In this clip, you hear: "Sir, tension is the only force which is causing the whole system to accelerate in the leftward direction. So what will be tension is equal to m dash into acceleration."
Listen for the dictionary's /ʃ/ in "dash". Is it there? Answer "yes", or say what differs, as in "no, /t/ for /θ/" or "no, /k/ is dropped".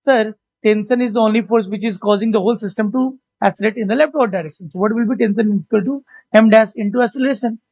no, /s/ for /ʃ/